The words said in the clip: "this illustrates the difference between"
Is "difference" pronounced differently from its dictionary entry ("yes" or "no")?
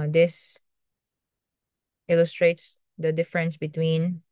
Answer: no